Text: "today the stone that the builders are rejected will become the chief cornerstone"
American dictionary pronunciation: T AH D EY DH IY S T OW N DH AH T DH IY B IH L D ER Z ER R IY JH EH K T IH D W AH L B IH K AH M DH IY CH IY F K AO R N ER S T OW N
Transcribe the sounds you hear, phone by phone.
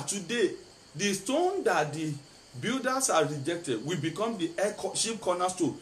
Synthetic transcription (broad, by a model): T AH D EY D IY S T OW N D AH T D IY B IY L D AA S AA R IY JH EH K T IH D W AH B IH K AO M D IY SH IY P K AO N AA S T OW